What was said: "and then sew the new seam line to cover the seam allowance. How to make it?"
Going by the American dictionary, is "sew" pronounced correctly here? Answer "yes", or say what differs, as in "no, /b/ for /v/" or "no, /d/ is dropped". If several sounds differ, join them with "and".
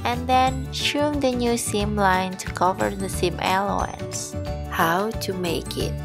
no, /ʃ/ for /s/